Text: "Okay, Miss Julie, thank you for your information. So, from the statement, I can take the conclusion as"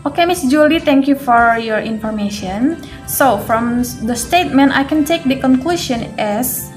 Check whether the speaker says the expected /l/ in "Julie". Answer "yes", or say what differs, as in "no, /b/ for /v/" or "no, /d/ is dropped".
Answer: yes